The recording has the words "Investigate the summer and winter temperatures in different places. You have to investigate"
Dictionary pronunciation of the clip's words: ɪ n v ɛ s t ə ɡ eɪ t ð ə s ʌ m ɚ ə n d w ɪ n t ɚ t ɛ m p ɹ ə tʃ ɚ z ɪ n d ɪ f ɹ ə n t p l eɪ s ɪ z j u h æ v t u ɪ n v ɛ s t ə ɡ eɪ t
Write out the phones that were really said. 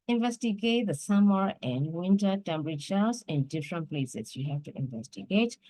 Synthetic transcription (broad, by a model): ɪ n v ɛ s t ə ɡ eɪ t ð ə s ʌ m ɚ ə n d w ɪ n t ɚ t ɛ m b ɹ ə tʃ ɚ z ɪ n d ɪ f ɹ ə n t p l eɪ s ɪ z j u h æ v t u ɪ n v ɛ s t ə ɡ eɪ t